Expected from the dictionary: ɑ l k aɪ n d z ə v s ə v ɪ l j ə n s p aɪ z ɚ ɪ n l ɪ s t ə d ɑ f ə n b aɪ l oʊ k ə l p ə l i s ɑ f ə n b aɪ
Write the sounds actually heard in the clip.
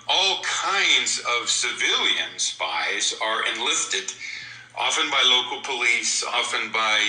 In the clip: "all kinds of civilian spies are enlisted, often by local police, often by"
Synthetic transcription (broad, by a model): ɑ l k aɪ n d z ə v s ə v ɪ l j ə n s p aɪ z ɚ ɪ n l ɪ s t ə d ɑ f ə n b aɪ l oʊ k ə l p ə l i s ɑ f ə n b aɪ